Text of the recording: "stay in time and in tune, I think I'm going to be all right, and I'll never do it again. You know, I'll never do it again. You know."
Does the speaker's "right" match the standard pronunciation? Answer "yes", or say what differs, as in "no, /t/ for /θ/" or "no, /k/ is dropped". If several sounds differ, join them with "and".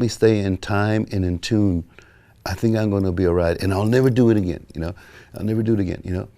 yes